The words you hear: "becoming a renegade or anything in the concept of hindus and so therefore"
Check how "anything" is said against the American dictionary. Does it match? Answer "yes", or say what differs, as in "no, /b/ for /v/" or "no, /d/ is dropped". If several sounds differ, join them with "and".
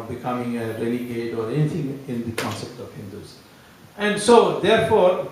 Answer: no, /t/ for /θ/